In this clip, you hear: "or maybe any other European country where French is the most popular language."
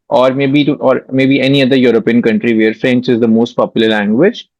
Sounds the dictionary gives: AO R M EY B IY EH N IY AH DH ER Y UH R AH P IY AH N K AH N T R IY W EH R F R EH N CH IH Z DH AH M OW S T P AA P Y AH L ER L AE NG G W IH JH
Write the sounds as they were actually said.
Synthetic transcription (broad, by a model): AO R M EY B IY EH N IY AH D ER Y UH R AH P IY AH N K AH N T R IY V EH R F R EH N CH IH Z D AH M OW S T P AA P Y AH L ER L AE NG G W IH JH